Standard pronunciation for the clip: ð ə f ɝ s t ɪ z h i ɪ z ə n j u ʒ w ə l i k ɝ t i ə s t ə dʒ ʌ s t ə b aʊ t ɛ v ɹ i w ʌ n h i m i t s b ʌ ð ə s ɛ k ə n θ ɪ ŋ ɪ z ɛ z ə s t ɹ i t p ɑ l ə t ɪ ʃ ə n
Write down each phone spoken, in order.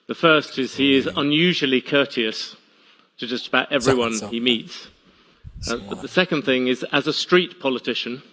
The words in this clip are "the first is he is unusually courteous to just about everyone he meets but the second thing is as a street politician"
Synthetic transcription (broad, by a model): ð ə f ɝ s t ɪ z h i ɪ z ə n j u ʒ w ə l i k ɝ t i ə s t ə dʒ ʌ s t ə b aʊ t ɛ v ɹ i w ʌ n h i m i t s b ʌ ð ə s ɛ k ə n θ ɪ ŋ ɪ z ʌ z ə s t ɹ i t p ɑ l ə t ɪ ʃ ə n